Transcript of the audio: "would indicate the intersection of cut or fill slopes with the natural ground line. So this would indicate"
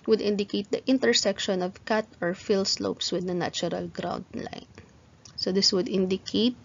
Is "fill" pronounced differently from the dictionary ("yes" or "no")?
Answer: no